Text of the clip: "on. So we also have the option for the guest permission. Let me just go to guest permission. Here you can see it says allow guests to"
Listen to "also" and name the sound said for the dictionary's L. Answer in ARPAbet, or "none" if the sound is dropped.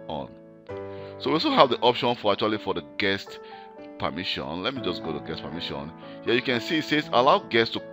none